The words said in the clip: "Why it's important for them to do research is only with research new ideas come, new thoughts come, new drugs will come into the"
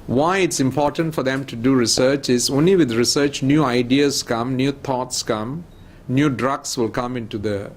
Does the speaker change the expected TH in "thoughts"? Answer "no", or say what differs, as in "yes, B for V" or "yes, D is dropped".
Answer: yes, T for TH